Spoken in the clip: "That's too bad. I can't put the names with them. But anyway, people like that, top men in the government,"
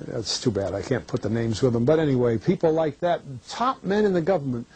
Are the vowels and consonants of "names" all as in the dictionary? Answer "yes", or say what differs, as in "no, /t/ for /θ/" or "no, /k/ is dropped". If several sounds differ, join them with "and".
yes